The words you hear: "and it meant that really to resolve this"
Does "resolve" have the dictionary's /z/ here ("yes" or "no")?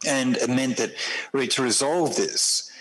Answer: yes